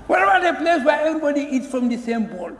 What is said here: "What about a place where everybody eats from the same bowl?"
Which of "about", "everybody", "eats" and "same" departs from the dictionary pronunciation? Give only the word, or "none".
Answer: none